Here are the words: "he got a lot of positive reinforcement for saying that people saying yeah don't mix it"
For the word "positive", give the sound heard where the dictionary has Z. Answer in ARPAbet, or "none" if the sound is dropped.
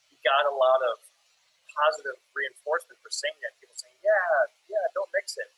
Z